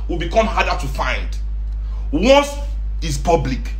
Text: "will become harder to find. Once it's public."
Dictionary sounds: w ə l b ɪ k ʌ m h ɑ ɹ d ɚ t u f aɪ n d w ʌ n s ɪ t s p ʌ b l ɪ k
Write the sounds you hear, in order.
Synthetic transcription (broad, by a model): w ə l b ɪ k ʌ m h ɑ d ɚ t u f aɪ n d w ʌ s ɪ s p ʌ b l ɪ k